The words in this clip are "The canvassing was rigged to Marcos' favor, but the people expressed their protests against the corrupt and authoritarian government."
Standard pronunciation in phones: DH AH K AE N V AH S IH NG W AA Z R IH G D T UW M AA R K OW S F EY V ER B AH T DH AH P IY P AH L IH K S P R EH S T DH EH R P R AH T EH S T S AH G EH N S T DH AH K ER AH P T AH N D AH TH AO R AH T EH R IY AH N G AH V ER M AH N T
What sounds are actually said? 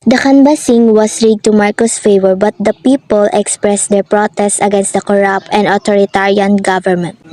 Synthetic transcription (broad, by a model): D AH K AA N B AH S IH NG W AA S R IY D T UW M AA R K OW S F EY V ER B AH T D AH P IY P AH L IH K S P R EH S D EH R P R AH T EH S T S AH G EH N S T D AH K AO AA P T AH N D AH T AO R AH T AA R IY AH N G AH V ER M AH N T